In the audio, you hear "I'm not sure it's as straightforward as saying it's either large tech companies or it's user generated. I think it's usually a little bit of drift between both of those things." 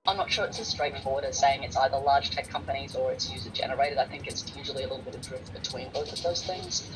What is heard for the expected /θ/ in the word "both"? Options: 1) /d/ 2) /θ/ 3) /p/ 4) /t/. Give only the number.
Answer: 2